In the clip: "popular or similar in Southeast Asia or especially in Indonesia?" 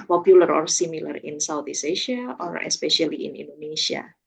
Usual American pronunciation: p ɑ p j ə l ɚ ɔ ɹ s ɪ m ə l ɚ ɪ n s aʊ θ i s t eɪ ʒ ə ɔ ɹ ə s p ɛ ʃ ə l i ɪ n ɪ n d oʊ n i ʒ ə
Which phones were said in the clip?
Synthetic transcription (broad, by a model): p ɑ p j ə l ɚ ɔ ɹ s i m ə l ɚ ɪ n s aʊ t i s eɪ ʃ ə ɔ ɹ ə s p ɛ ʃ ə l i ɪ n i n d oʊ n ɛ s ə